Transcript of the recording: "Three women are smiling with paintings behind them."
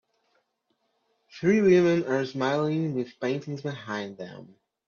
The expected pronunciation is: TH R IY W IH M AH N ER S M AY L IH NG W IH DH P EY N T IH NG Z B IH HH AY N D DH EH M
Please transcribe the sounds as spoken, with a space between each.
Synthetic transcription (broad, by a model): TH R IY W IH M AH N ER S M AY L IH NG W IH DH P EY N T IH NG Z B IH HH AY N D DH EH M